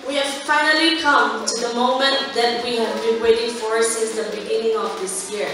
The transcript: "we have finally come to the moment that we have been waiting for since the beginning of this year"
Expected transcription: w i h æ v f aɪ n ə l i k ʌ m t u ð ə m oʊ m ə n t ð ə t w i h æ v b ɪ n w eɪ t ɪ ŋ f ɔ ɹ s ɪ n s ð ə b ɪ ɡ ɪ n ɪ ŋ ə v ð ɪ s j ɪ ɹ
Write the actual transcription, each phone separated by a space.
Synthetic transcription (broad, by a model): w i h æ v f aɪ n ə l i k ʌ m t u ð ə m oʊ m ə n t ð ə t w i h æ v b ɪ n w eɪ t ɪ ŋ f ɔ ɹ s ɪ n s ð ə b ɪ ɡ ɪ n ɪ ŋ ə v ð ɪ s j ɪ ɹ